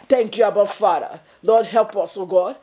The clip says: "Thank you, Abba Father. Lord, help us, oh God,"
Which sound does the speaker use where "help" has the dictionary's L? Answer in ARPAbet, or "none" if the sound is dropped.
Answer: L